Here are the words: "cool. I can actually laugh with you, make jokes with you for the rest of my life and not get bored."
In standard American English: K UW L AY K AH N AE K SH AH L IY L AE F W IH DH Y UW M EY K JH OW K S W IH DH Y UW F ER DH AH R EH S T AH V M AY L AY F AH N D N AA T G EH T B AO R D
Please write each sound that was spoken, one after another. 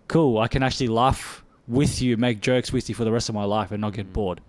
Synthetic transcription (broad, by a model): K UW L AY K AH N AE K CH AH L IY L AE F W IH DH Y UW M EY K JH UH K S W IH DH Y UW F ER DH AH R EH S T AH V M AY L AY F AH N N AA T G EH T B AO R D